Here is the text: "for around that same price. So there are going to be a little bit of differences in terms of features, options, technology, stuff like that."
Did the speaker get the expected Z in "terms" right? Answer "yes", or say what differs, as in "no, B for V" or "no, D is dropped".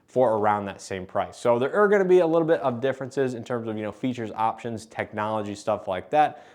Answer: yes